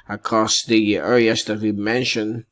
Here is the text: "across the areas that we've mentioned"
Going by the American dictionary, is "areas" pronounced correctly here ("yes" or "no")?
no